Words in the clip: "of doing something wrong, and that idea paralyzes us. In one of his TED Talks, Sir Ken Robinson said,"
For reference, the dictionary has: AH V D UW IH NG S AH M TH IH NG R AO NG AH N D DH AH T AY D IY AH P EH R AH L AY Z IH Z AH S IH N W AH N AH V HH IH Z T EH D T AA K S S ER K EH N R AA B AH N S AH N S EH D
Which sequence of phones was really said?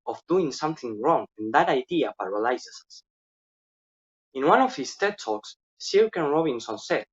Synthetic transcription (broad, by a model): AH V D UW IH NG S AH M TH IH NG R AO NG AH N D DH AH T AY D IY AH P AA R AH L AY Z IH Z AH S IH N W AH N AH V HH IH S T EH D T AA K S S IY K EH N R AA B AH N S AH N S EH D